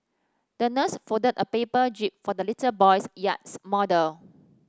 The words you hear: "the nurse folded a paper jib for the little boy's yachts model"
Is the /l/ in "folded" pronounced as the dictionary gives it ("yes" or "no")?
no